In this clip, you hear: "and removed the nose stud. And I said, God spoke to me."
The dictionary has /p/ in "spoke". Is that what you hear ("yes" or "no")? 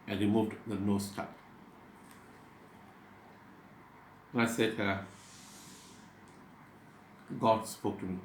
yes